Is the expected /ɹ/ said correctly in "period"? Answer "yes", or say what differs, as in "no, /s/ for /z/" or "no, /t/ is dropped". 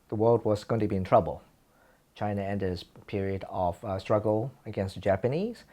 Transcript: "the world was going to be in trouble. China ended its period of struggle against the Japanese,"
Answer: yes